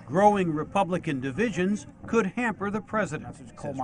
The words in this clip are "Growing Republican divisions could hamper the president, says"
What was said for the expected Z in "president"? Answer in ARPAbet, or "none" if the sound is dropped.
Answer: Z